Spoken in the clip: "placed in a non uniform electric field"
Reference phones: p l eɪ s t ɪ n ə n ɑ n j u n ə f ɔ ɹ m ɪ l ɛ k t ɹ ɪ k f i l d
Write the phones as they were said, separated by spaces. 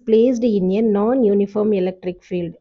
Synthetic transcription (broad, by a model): p l eɪ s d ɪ n ə n ɑ n j u n ə f ɔ ɹ m ɪ l ɛ k t ɹ ɪ k f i l d